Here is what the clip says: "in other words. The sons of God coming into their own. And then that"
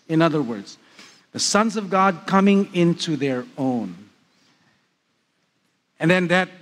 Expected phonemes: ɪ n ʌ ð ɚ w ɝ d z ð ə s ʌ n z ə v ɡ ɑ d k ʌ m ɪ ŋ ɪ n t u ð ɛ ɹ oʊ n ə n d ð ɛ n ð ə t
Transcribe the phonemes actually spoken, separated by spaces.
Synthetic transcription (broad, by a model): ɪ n ʌ ð ɚ w ɝ d z ð ə s ʌ n z ə v ɡ ɑ d k ʌ m ɪ ŋ ɪ n t u ð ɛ ɹ oʊ n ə n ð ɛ n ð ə t